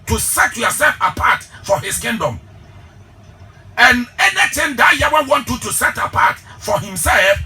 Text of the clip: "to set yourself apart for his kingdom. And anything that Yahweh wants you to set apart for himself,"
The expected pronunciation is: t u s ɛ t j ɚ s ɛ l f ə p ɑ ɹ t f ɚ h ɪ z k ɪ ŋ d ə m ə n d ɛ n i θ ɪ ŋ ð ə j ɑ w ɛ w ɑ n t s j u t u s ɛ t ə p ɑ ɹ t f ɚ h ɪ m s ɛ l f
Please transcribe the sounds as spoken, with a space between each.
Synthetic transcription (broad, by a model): t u s ɛ t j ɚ s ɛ l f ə p ɑ t f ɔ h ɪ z k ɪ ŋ d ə m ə n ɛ n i t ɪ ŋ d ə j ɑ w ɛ w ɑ n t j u t u s ɛ t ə p ɑ t f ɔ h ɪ m s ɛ l f